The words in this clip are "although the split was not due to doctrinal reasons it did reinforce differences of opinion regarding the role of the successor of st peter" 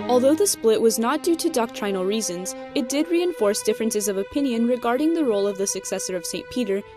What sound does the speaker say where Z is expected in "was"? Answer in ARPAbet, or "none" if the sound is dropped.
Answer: Z